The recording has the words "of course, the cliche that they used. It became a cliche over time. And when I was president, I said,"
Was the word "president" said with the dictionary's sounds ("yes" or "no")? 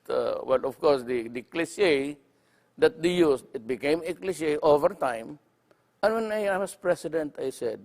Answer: no